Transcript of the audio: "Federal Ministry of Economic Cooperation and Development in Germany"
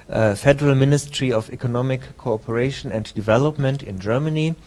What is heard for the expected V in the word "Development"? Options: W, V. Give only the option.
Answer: V